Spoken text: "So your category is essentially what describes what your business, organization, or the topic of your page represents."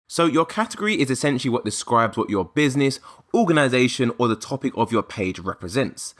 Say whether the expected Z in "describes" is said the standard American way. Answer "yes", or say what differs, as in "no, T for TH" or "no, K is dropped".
yes